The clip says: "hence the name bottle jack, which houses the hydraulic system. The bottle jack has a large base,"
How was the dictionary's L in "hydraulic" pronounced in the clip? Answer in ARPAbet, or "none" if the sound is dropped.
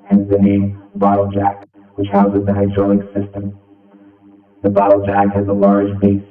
none